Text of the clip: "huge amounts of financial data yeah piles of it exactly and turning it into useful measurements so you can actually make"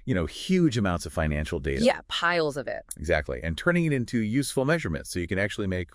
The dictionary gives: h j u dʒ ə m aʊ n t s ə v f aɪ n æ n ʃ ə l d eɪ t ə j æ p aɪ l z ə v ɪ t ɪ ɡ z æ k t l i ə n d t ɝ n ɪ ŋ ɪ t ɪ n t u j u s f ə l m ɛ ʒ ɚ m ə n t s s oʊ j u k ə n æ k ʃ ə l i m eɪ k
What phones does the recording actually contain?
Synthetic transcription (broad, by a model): h j u dʒ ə m aʊ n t s ə v f aɪ n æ n ʃ l d eɪ t ə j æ p aɪ l z ə v ɪ t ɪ ɡ z æ k t l i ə n t ɝ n ɪ ŋ ɪ t ɪ n t u j u s f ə l m ɛ ʒ ɚ m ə n t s s oʊ j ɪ k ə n æ k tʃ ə l i m eɪ k